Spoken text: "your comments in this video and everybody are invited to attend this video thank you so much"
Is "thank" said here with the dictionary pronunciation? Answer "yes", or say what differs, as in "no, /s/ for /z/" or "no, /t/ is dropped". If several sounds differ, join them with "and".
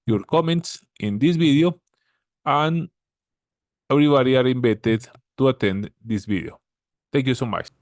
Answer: no, /t/ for /θ/